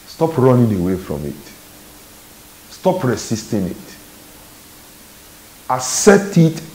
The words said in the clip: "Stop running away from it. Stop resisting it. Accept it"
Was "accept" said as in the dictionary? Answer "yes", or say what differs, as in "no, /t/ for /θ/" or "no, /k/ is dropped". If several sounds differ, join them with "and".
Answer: no, /k/ is dropped and /p/ is dropped